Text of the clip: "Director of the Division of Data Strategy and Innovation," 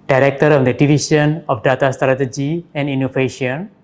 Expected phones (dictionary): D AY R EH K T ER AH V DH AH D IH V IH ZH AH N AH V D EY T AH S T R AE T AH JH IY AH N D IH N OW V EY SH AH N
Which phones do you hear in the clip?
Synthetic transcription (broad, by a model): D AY R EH K T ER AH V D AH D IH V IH SH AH N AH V D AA T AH S T R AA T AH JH IY AH N D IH N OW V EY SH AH N